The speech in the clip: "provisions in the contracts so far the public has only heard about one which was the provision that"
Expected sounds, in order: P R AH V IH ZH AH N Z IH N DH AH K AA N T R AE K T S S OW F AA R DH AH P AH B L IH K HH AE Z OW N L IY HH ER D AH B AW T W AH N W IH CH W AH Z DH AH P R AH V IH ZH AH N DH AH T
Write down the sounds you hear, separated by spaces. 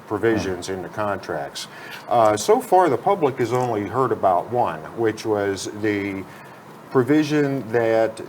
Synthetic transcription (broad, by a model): P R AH V IH ZH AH N Z IH N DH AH K AA N T R AE K T S S OW F AA R DH AH P AH B L IH K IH Z OW N L IY HH ER D AH B AW T W AH N W IH CH W AH Z DH AH P R AH V IH ZH AH N DH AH T